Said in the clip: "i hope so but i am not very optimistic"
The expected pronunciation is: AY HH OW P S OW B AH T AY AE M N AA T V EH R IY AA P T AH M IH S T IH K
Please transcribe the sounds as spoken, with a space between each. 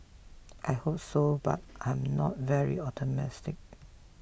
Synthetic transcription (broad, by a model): AY HH OW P S OW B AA T AY M N AA T V EH R IY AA T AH M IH S T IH K